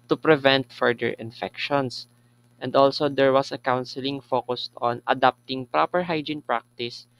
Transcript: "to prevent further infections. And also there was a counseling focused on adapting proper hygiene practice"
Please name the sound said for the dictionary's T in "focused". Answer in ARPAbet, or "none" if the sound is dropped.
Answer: T